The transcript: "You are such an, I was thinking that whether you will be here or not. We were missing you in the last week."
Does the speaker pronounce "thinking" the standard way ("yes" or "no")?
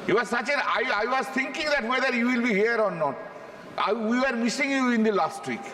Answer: no